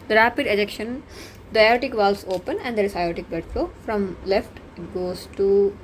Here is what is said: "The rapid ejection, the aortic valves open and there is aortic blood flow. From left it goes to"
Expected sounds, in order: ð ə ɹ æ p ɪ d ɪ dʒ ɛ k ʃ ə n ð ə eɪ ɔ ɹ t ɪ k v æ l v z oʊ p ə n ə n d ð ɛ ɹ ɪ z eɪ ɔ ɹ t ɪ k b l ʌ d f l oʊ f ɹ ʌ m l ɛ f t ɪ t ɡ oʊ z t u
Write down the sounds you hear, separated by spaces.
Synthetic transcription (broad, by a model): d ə ɹ æ p ɪ d ɪ dʒ ɛ k ʃ ə n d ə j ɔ t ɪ k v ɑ l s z oʊ p ə n ə n d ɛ ɹ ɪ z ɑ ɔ t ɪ k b ʌ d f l oʊ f ɹ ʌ m l ɛ f t ɪ t ɡ oʊ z t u